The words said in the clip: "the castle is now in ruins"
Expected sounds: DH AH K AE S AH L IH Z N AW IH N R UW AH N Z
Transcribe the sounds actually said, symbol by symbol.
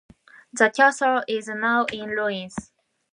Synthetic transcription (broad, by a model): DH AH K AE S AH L IH Z N AW IH N L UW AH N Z